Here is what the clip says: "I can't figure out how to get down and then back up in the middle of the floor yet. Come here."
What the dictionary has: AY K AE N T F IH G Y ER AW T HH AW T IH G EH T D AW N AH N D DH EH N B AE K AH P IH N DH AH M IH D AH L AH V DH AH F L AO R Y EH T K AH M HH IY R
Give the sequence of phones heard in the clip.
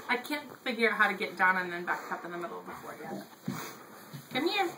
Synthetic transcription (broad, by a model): AY K AE N T F IH G Y ER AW HH AW T IH G EH T D AW N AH N DH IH N B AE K AH P IH N DH AH M IH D L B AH F AO R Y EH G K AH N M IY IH